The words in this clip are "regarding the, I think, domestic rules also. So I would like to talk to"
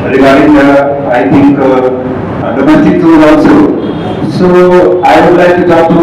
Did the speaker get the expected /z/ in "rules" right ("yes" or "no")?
no